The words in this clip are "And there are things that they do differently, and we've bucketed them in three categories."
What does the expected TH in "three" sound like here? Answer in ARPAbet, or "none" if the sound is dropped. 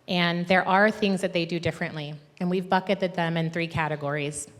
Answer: TH